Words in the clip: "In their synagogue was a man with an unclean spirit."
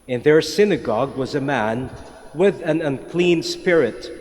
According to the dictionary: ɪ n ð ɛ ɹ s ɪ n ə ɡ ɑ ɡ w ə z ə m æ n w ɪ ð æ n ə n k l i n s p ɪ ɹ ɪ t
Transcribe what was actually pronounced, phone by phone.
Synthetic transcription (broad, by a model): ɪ n ð ɛ ɹ s ɪ n ə ɡ ɑ ɡ w ə z ə m æ n w ɪ ð æ n ə n k l i n s p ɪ ɹ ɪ t